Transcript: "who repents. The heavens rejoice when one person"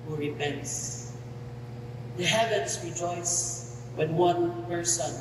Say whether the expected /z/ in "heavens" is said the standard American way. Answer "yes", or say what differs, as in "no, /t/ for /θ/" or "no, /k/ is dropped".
no, /s/ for /z/